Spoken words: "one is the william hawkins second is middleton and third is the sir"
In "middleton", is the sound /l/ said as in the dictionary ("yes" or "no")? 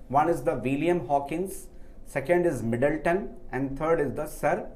yes